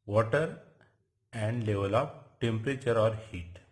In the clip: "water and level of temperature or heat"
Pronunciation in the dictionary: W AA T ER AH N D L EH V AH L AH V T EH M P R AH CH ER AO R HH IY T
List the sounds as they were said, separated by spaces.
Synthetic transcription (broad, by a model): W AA T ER AH N D L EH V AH L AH P T EH M P R AH CH ER AO R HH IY T